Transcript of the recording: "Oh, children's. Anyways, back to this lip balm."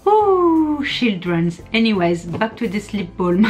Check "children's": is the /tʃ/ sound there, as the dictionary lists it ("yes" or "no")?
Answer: no